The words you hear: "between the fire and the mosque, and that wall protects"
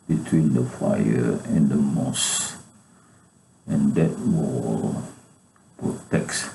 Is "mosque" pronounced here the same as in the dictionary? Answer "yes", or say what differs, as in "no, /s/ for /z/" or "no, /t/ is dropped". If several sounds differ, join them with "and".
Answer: no, /k/ is dropped